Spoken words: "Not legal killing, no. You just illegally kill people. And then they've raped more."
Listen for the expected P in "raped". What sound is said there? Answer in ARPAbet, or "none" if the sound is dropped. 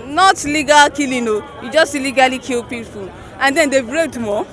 none